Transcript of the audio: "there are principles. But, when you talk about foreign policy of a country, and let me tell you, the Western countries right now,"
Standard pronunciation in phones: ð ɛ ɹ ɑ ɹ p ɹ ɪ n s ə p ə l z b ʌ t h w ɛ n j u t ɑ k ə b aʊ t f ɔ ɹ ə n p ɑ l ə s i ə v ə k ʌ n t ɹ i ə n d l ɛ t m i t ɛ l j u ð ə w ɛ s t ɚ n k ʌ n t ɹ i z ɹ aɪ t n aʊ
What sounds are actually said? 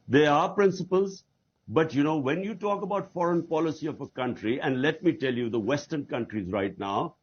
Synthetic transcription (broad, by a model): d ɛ ɹ ɑ ɹ p ɹ ɪ n s ə p ə l z b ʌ t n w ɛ n j u t ɑ k ə b aʊ t f ɔ ɹ ə n p ɑ l ə s i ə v ə k ʌ n t ɹ i ə n d l ɛ t m i t ɛ l j u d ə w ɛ s t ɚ n k ʌ n t ɹ i z ɹ aɪ t n aʊ